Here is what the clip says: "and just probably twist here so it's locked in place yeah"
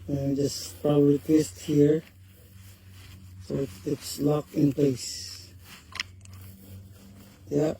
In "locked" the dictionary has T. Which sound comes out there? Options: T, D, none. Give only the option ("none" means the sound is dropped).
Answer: none